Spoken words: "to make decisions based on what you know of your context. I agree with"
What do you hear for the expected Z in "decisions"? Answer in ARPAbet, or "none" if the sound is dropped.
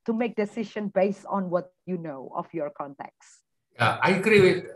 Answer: none